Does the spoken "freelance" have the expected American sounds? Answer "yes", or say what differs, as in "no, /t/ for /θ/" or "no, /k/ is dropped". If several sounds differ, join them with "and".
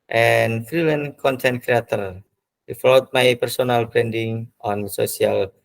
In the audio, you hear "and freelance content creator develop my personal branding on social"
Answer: no, /s/ is dropped